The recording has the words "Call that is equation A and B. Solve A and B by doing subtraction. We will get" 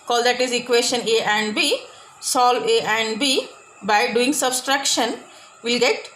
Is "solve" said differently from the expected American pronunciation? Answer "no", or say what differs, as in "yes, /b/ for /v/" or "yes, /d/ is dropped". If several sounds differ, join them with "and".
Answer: yes, /v/ is dropped